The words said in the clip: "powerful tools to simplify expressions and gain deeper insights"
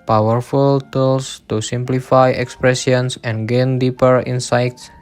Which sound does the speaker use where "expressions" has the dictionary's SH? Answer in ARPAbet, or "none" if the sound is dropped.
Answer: S